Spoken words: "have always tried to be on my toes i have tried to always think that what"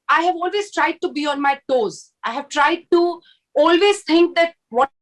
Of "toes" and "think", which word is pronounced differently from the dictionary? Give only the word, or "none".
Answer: think